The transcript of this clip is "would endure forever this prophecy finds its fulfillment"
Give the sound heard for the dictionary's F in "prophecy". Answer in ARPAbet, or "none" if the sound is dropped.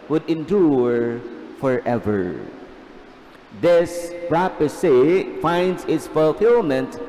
P